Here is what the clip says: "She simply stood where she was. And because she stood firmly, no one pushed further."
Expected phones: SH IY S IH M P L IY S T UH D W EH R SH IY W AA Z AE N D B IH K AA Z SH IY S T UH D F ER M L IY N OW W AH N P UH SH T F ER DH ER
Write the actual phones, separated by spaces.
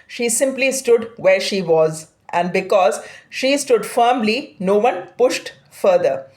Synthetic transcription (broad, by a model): SH IY S IH M P L IY S T UH D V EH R SH IY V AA Z AE N D B IH K AA Z SH IY S T UH D F ER M L IY N OW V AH N P UH SH T F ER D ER